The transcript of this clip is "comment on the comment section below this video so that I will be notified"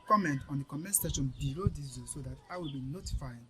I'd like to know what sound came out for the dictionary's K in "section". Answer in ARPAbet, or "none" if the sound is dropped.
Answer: none